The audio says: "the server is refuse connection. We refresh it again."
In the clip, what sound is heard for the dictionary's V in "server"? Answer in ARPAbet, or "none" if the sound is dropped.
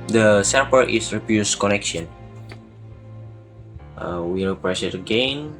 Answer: P